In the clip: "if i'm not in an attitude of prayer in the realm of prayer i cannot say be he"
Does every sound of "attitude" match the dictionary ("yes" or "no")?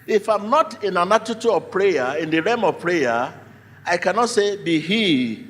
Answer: no